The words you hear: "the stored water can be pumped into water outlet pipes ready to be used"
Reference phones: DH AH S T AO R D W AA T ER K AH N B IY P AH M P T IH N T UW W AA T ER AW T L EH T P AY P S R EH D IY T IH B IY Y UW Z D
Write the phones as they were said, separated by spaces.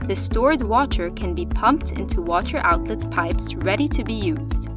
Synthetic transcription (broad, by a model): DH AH S T AO R D W AA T ER K AH N B IY P AH M P T IH N T UW W AA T ER AW T L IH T P AY P S R EH D IY T IH B IY Y UW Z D